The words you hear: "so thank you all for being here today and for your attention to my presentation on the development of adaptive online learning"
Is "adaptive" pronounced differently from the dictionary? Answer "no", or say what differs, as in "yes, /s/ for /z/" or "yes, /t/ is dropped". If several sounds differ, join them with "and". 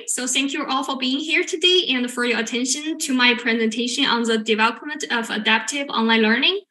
no